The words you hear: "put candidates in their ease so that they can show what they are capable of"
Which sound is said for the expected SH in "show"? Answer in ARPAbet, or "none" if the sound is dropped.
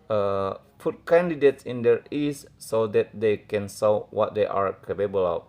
S